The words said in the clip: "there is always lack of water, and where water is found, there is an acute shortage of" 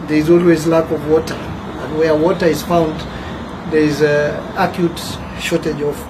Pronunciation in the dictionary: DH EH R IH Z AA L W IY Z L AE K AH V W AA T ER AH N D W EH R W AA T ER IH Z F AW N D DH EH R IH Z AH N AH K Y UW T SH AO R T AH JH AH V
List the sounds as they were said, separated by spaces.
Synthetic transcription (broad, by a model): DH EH R IH Z AA L W IY Z L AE K AH V W AA T ER AH N D W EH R W AA T ER IH Z F AW N D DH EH R IH Z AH K Y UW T SH AO R T AH JH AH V